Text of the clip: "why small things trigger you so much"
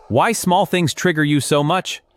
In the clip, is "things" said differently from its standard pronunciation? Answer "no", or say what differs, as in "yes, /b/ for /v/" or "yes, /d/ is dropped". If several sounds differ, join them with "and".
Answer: no